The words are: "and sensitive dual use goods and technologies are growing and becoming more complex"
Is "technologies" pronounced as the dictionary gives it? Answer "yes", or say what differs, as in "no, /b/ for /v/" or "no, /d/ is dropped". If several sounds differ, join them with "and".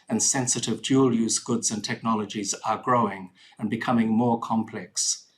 yes